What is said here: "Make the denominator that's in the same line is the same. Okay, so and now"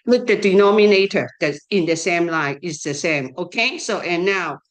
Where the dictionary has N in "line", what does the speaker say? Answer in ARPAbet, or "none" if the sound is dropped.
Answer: none